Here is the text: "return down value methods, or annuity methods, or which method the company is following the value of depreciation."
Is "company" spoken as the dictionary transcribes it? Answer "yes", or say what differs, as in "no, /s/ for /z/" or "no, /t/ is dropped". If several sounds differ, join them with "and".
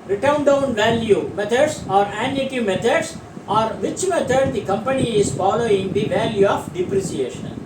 yes